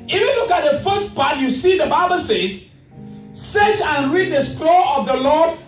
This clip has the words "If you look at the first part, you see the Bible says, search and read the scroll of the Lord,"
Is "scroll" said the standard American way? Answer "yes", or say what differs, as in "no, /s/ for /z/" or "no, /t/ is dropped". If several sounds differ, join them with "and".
no, /l/ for /ɹ/